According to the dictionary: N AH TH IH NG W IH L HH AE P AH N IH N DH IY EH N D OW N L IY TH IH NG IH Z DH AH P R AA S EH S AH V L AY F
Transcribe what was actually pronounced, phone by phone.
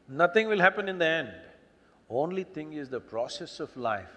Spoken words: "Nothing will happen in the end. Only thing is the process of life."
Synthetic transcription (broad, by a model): N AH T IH NG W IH L HH AE P AH N IH N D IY EH N D OW N L IY T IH NG IH Z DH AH P R AA S EH S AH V L AY F